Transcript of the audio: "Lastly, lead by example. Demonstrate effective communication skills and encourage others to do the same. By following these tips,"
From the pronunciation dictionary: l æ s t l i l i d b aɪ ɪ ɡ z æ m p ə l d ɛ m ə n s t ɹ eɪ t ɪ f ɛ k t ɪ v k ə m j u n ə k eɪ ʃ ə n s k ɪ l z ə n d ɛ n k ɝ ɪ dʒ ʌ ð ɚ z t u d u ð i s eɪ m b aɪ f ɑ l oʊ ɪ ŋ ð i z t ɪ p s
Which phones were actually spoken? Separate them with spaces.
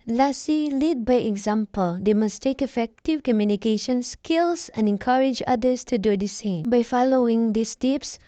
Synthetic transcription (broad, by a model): l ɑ s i l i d b aɪ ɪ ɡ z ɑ m p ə l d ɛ m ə s t eɪ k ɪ f ɛ k t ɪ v k ə m j u n ə k eɪ ʃ ə n s k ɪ l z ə n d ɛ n k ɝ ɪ dʒ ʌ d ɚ s t u d u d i s eɪ m b aɪ f ɑ l oʊ ɪ ŋ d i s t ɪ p s